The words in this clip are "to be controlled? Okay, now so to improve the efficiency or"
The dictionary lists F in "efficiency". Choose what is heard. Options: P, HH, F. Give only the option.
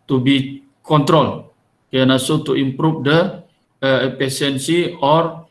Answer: P